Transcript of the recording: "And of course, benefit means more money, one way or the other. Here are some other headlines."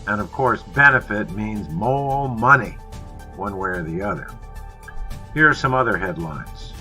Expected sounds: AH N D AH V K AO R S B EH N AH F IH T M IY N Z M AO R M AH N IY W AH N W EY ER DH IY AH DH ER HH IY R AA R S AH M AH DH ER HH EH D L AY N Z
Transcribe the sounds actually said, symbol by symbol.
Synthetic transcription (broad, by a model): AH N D AH V K AO R S B EH N AH F IH T M IY N Z M AO L M AH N IY W AH N W EY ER DH IY AH DH ER HH IY R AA R S AH M AH DH ER HH EH D L AY N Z